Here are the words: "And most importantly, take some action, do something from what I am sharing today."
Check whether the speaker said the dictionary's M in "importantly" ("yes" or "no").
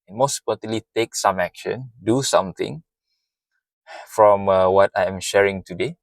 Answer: no